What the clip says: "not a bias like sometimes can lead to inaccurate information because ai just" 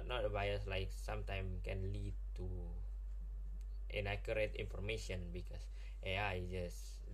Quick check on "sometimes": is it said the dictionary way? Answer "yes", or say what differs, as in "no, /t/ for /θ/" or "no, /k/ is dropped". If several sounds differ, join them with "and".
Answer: no, /z/ is dropped